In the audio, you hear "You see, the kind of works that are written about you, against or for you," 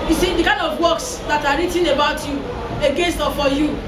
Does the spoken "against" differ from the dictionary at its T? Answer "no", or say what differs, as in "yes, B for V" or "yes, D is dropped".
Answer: no